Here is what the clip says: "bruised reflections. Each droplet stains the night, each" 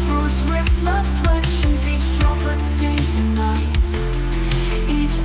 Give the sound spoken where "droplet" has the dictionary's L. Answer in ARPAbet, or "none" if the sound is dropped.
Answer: none